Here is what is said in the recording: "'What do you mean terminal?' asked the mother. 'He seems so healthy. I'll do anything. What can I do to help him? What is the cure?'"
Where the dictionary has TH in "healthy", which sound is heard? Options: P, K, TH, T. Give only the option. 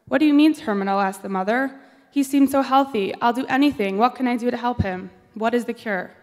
TH